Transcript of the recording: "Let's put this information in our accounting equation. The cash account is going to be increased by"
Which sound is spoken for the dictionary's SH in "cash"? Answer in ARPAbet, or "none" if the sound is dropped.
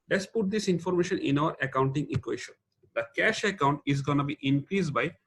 SH